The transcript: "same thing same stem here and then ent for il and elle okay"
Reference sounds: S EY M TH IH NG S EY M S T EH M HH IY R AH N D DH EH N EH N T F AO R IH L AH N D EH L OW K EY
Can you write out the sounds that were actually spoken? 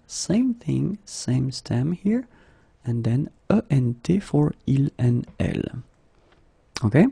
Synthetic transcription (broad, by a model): S EY M TH IH NG S EY M S T EH M HH IY R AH N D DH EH N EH N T F AO R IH L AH N EH L OW K EY